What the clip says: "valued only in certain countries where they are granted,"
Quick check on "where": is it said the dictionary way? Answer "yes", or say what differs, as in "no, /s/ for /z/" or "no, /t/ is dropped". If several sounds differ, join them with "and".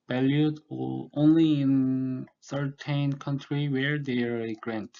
yes